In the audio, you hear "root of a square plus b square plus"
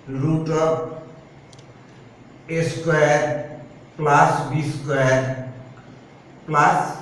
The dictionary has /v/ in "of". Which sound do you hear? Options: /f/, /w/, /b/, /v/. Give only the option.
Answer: /b/